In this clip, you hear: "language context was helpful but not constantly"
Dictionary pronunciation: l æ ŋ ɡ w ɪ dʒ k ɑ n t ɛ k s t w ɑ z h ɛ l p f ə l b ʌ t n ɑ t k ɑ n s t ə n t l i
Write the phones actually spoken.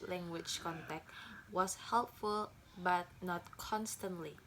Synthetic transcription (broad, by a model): l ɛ ŋ ɡ w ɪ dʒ k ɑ n t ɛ k t w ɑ s h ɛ l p f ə l b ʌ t n ɑ t k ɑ n s t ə n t l i